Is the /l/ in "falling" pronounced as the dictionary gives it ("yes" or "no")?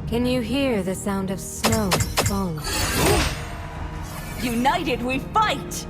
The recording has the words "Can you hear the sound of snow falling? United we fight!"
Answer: no